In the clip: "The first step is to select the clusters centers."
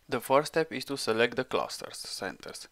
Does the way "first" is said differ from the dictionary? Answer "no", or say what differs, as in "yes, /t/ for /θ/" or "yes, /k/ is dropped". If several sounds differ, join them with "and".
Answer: yes, /s/ is dropped